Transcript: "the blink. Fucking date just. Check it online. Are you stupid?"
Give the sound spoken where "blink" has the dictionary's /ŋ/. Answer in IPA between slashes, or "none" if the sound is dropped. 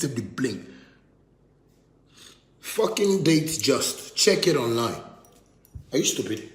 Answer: none